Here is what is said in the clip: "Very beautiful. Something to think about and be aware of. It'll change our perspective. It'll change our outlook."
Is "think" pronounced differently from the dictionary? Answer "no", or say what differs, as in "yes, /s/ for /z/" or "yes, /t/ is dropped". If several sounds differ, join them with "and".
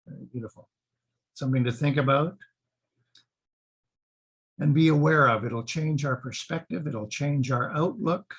no